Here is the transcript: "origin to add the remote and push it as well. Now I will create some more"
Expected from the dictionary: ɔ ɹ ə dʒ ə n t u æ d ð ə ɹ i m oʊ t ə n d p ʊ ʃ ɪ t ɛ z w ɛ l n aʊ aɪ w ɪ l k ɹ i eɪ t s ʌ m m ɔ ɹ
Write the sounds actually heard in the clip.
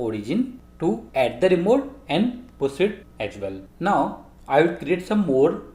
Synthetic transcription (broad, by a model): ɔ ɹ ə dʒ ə n t u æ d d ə ɹ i m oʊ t ə n d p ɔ s ɪ t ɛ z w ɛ l n aʊ aɪ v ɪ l k ɹ i eɪ t s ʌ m m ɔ ɹ